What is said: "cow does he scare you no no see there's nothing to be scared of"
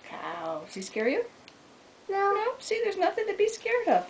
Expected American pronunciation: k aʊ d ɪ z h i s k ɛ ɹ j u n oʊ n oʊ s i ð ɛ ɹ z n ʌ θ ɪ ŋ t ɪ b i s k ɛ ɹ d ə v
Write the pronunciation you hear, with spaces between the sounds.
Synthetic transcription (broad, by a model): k aʊ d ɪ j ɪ s k ɛ ɹ j u n oʊ n oʊ s i ð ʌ ɹ z n ʌ θ ɪ ŋ t ɪ b i s k ɛ ɹ d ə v